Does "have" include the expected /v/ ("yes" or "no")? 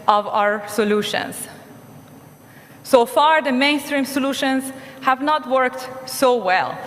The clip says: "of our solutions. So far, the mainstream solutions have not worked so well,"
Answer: yes